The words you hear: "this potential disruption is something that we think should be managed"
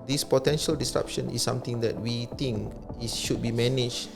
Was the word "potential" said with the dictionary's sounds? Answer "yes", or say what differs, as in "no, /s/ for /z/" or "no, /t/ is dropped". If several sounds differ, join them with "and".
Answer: yes